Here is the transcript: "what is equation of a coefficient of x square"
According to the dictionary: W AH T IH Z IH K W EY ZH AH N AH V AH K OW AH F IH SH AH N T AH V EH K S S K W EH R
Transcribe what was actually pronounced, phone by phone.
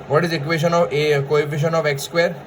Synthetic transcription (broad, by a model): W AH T IH Z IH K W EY SH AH N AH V AH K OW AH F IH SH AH N AH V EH K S S K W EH R